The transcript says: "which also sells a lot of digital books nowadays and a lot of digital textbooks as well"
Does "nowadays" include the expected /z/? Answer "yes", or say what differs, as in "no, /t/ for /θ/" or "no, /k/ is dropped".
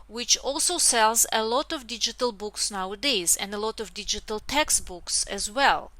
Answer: yes